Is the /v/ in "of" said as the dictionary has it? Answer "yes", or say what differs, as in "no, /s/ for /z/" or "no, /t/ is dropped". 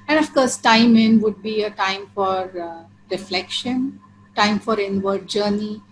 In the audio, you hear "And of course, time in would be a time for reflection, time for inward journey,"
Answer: no, /f/ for /v/